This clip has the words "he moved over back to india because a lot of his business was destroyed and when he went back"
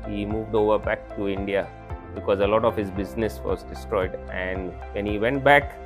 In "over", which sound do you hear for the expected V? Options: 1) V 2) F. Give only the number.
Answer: 1